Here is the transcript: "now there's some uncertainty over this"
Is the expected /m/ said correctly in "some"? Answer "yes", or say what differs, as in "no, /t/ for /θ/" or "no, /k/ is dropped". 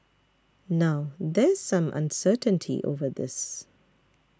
yes